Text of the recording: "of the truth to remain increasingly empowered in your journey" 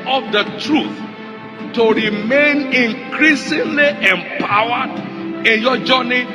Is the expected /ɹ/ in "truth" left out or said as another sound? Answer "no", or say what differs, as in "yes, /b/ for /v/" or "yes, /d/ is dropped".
no